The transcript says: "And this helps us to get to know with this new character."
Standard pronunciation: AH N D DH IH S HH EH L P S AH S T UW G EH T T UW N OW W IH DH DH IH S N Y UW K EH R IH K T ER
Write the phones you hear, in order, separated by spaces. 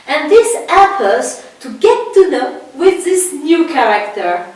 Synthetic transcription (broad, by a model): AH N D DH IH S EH P AH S T UW G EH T T UW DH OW W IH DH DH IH S N Y UW K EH R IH K T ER